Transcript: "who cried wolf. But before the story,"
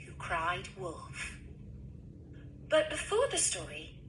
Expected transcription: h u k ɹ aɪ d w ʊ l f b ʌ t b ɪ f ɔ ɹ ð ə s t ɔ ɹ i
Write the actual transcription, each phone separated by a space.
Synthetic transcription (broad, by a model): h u k ɹ aɪ d w ʊ l f b ʌ t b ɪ f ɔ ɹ ð ə s t ɔ ɹ i